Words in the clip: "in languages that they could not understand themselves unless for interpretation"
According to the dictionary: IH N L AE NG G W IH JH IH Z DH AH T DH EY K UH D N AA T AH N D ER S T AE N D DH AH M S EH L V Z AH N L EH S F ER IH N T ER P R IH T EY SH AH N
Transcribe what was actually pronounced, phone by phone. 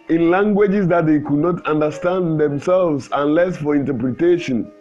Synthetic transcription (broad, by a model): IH N L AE NG G W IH JH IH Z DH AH T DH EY K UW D N AA T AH N D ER S T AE N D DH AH M S EH L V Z AH N L EH S F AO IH N T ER P R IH T EY SH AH N